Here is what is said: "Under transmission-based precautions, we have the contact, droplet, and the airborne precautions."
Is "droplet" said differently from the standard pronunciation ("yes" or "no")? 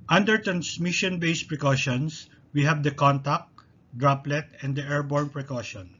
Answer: no